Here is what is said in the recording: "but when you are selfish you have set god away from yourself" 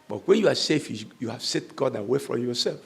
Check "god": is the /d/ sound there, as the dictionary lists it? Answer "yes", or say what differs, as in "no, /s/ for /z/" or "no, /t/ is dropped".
yes